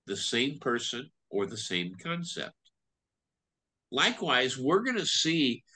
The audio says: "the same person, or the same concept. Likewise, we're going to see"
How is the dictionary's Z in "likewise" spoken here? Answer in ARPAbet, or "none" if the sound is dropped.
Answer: Z